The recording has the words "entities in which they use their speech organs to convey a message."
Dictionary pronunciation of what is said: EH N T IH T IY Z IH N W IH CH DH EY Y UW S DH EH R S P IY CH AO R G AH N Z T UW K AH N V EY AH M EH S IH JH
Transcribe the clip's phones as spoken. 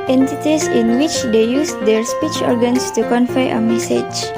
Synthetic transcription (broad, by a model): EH N T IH T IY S IH N W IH CH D EY Y UW S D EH R S P IY CH AO R G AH N S T UW K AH N F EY AH M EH S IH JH